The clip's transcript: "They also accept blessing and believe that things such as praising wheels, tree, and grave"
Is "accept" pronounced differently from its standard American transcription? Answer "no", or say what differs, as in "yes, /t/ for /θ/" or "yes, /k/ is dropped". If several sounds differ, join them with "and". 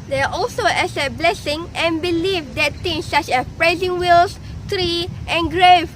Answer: yes, /k/ is dropped and /p/ is dropped